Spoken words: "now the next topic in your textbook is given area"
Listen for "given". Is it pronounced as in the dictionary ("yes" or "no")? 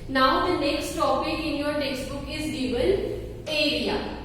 no